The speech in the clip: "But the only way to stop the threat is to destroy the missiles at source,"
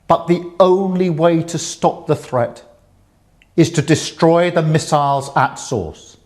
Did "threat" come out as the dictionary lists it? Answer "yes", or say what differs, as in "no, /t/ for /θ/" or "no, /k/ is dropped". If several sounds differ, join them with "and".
yes